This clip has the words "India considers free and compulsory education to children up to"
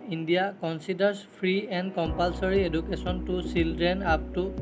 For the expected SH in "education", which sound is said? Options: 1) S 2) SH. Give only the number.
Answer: 1